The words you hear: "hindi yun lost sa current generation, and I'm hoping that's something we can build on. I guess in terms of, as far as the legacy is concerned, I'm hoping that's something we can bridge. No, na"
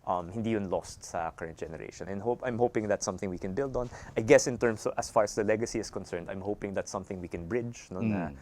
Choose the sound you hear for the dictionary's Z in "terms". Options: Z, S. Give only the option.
S